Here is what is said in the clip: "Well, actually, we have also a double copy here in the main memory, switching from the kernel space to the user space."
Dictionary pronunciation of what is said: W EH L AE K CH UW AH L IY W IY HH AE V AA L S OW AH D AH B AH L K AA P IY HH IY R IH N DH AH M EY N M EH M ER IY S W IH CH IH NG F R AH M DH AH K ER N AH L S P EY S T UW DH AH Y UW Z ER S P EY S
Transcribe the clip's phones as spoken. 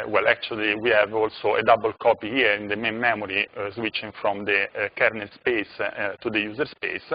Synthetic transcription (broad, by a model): W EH L AE K CH UW AH L IY W IY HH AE V AA L S OW AH D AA B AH L K AA P IY HH IY R IH N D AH M EY N M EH M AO IY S W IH CH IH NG F R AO M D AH K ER N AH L S P EY S T UW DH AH Y UW Z ER S P EY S